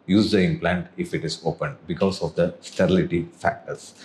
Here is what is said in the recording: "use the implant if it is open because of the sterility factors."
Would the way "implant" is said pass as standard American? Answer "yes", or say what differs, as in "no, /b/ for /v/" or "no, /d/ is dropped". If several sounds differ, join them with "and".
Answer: yes